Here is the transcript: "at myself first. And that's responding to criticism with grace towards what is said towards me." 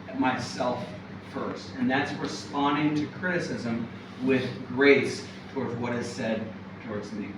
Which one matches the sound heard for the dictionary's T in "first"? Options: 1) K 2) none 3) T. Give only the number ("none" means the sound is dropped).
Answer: 3